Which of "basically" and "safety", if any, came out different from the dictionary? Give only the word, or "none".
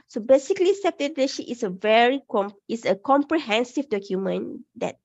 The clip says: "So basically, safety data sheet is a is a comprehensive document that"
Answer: safety